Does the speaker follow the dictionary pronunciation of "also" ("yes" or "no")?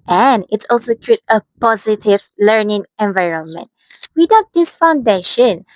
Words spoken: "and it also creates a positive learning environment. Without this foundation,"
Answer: yes